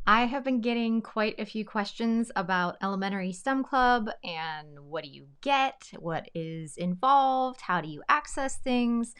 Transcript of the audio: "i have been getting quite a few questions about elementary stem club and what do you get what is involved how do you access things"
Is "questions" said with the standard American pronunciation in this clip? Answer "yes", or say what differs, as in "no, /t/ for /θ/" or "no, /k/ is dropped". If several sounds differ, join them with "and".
yes